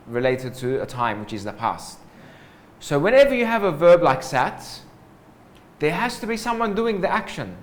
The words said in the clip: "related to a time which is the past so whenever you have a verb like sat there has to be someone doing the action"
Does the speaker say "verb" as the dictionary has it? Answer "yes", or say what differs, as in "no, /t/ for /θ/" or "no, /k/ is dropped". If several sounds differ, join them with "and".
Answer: yes